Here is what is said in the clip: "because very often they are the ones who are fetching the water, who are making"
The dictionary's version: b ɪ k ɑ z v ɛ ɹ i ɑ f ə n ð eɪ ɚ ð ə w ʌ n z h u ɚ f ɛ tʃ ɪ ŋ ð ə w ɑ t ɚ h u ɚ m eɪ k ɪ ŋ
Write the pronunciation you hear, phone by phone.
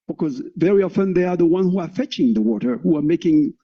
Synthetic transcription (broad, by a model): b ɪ k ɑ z v ɛ ɹ i ɑ f ə n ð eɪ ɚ ð ə w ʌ n h u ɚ f ɛ tʃ ɪ ŋ ð ə w ɑ t ɚ h u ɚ m eɪ k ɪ ŋ